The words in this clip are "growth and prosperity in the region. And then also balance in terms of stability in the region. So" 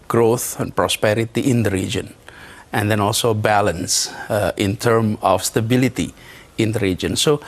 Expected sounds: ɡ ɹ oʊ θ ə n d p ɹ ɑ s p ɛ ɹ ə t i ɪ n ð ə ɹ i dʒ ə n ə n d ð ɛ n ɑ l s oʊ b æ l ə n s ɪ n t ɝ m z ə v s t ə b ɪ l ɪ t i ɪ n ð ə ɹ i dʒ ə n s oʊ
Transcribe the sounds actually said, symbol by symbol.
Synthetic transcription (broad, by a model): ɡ ɹ oʊ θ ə n p ɹ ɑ s p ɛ ɹ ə t i ɪ n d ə ɹ i dʒ ə n ə n d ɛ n ɑ l s oʊ b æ l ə n s ɪ n t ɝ m ə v s t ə b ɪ l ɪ t i ɪ n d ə ɹ i dʒ ə n s oʊ